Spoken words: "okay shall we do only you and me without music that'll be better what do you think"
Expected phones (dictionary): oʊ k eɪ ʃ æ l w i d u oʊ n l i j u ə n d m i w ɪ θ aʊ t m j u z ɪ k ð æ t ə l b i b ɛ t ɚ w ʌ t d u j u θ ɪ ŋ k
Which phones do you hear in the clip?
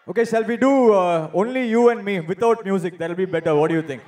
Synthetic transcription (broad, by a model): oʊ k eɪ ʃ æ l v i d u oʊ n l i j u ə n d m i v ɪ t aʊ t m j u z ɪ k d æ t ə l b i b ɛ t ɚ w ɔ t d u j u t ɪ ŋ k